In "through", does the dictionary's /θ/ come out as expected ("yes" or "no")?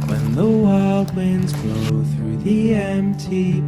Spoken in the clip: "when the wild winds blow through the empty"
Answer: yes